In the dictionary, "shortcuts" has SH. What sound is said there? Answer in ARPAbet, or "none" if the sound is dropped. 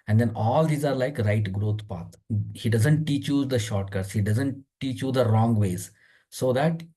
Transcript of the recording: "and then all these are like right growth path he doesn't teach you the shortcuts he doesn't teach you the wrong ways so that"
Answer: SH